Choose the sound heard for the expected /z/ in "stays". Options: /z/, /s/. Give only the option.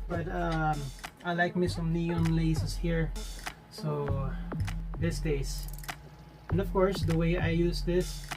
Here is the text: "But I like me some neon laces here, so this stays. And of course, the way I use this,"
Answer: /s/